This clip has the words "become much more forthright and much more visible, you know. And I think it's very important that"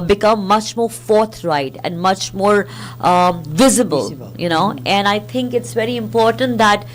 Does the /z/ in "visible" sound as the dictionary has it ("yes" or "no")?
yes